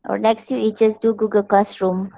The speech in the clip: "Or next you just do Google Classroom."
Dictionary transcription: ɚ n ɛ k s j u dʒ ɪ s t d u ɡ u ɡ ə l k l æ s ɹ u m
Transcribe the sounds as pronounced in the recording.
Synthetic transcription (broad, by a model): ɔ l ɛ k s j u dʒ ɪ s d u ɡ u ɡ ə l k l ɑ s ɹ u m